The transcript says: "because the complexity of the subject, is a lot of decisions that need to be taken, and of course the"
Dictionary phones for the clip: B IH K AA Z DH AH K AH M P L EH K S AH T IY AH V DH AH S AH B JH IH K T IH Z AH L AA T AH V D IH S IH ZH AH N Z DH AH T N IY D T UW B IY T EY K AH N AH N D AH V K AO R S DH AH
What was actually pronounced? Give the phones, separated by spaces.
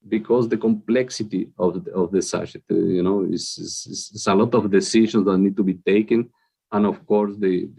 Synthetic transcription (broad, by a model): B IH K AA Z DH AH K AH M P L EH K S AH T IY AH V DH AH S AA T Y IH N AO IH S AH L AA T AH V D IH S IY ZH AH N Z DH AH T N IY D T UW B IY T EY K AH N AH N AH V K AO R S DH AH